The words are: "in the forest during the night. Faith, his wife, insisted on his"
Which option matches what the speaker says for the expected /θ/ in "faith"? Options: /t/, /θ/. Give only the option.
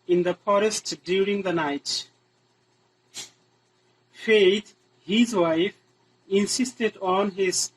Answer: /t/